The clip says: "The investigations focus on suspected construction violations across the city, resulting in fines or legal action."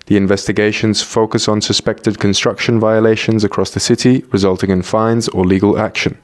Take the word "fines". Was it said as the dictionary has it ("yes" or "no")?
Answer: yes